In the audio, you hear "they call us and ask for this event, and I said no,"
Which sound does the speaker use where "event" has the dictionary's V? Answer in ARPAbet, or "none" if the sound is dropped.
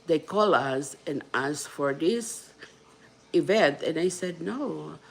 V